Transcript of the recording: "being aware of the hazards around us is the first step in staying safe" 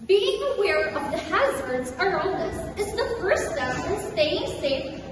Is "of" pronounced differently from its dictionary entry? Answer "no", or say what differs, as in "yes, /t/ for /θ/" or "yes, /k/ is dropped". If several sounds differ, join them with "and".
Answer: no